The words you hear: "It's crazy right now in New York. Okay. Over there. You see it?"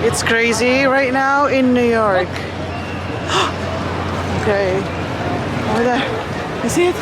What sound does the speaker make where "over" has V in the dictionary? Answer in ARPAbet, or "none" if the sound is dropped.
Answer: none